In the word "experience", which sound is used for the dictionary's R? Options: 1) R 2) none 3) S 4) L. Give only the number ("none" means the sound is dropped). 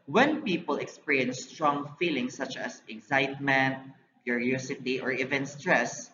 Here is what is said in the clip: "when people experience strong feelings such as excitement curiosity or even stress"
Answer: 2